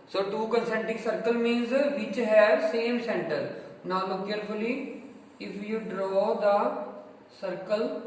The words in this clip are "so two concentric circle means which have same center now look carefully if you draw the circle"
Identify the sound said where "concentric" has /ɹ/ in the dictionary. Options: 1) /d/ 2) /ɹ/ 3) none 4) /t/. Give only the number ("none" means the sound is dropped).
3